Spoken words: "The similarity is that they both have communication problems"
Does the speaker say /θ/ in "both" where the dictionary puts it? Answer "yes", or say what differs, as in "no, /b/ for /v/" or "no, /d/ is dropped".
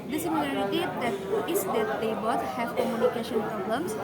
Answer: no, /t/ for /θ/